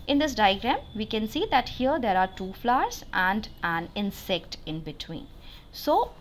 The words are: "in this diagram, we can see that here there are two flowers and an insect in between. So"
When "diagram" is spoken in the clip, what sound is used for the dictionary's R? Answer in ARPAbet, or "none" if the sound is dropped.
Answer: R